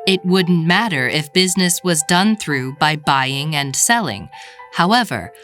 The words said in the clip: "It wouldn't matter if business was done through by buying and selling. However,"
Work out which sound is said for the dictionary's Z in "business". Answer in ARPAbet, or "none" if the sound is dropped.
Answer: Z